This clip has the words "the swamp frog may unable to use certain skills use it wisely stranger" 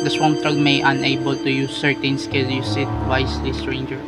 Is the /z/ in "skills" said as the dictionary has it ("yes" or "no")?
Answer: no